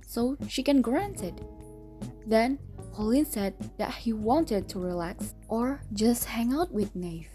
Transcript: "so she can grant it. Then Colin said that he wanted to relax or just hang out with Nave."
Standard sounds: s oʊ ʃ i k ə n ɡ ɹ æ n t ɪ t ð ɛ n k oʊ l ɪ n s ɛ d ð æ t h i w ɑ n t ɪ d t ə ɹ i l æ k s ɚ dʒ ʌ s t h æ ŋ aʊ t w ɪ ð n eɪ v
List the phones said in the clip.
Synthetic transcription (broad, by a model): s oʊ ʃ i k ə n ɡ ɹ æ n t ɪ t ð ɛ n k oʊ l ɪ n s ɛ d ð æ t h i w ɑ n t ɪ d t ə ɹ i l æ k s ɚ dʒ ʌ s t h æ ŋ aʊ t w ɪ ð n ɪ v